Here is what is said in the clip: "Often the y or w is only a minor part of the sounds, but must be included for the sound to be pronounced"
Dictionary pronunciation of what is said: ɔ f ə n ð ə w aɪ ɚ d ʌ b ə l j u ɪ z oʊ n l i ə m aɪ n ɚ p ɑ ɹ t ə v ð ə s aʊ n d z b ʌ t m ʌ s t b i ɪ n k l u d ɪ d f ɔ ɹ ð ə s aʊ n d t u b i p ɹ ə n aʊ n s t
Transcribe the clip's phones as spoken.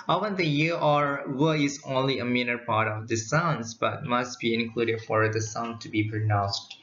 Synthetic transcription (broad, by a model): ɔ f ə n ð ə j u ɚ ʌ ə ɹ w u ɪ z oʊ n l i ə m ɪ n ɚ p ɑ ɹ t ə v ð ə s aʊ n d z b ʌ t m ʌ s t b i ɪ n k l u d ɪ d f ɔ ɹ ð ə s aʊ n d t u b i p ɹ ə n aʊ n s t